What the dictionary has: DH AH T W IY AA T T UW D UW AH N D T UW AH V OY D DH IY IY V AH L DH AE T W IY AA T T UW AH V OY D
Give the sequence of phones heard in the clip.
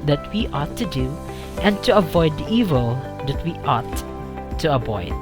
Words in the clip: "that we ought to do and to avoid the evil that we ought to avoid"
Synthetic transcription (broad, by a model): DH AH T W IY AA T T UW D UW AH N T UW AH V OY D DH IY IY V AH L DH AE T W IY AA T T UW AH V OY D